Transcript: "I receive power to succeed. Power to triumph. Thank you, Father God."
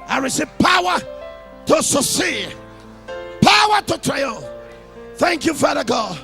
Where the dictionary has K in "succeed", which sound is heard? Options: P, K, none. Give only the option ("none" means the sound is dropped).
none